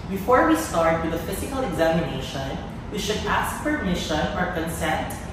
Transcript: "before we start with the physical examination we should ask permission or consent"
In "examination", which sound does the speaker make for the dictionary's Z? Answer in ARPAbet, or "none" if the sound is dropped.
Z